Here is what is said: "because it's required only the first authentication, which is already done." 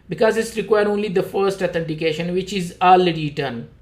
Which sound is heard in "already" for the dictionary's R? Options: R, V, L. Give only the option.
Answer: L